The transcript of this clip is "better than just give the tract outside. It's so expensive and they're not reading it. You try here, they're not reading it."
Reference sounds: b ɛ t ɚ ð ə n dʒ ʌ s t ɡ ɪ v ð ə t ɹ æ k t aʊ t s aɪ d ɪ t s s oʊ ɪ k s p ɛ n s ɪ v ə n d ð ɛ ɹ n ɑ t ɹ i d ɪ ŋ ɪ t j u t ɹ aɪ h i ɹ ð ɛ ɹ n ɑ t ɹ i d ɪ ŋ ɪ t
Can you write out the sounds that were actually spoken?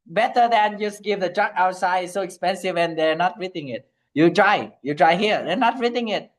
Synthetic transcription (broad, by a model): b ɛ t ɚ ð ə n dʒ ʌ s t ɡ ɪ v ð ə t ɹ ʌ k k aʊ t s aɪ ɪ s s oʊ ɪ k s p ɛ n s ɪ v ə n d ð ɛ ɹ n ɑ t ɹ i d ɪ ŋ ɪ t j u t ɹ aɪ h i ɹ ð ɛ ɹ n ɑ t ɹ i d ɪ ŋ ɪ t